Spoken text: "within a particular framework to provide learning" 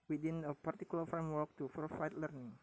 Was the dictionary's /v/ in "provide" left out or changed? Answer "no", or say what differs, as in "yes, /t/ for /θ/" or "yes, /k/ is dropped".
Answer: yes, /f/ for /v/